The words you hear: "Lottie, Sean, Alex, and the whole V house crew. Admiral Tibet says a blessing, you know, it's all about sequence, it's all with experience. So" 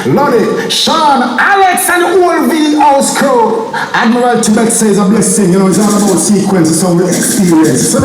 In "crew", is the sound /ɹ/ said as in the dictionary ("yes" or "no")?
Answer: no